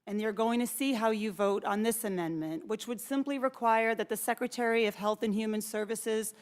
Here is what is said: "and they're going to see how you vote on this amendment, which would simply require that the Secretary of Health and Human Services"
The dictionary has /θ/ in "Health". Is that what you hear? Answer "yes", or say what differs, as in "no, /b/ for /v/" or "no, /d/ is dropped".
yes